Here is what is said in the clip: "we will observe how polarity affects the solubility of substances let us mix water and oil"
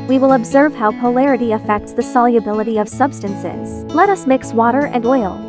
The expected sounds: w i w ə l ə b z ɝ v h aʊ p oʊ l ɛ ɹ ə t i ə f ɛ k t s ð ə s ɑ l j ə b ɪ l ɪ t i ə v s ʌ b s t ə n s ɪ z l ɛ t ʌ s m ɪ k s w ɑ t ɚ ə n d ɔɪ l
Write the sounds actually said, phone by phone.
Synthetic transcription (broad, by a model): w i w ə l ə b z ɝ v h aʊ p oʊ l ɛ ɹ ə t i ə f ɛ k t s ð ə s ɑ l j ə b ɪ l ɪ t i ə v s ʌ b s t ə n s ɪ z l ɛ t ʌ s m ɪ k s w ɑ t ɚ ə n d ɔɪ l